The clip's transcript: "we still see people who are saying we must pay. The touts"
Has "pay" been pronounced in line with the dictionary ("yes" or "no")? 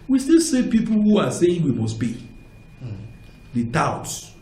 no